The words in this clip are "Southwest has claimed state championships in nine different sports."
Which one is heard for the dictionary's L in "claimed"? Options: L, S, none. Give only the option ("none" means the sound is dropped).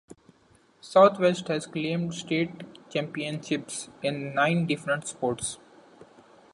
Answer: L